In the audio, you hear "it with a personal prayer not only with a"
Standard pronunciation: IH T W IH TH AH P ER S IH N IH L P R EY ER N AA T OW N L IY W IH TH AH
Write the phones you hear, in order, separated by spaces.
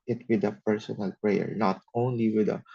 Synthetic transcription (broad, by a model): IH T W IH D AH P ER S IH N IH L P R EY ER N AA T OW N L IY W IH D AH